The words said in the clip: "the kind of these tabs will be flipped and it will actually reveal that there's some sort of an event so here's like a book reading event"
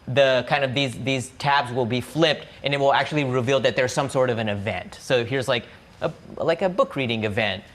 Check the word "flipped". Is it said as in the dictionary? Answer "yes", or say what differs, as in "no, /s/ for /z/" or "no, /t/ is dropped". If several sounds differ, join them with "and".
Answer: yes